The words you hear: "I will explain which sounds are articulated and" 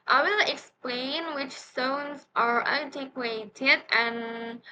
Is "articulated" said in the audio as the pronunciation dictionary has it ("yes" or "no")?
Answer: no